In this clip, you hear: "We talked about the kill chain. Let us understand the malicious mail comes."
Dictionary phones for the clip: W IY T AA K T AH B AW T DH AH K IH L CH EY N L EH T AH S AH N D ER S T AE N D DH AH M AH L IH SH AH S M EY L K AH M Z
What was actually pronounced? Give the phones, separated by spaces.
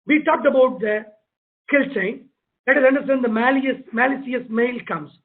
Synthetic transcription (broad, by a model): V IY T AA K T AH B AW T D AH K IH L CH EY N L EH T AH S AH N D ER S T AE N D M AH M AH L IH S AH S M EY L K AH M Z